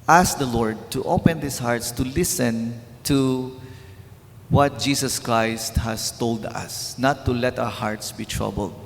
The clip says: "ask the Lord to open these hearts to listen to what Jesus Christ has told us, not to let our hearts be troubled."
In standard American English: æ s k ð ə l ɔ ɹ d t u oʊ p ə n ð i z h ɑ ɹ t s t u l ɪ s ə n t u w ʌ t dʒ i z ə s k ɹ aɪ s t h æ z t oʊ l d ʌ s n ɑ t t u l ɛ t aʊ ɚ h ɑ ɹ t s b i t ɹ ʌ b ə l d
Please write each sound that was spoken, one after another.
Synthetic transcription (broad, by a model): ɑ s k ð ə l ɔ ɹ d t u oʊ p ə n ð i s h ɑ ɹ t s t u l ɪ s ə n t u w ʌ t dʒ i s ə s k ɹ aɪ s t h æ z t oʊ l d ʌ s n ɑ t t u l ɛ t aʊ ɚ h ɑ ɹ t s b i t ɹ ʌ b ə l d